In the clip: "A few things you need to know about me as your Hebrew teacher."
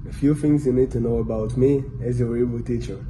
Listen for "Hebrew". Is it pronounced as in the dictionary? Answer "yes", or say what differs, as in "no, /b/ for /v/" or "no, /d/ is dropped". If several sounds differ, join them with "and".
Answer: no, /ɹ/ is dropped